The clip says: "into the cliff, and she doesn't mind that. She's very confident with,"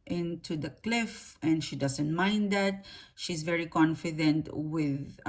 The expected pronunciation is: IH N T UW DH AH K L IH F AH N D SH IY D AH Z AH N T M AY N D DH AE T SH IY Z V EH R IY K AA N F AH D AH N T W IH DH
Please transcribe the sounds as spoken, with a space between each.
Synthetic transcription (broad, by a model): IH N T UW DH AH K L IH F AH N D SH IY D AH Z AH N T M AY N D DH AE T SH IY Z V EH R IY K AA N F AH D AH N T W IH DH